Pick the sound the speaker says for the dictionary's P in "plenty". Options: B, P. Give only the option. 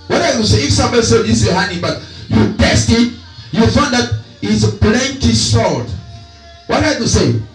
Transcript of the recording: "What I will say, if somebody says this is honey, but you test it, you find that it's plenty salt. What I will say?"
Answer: B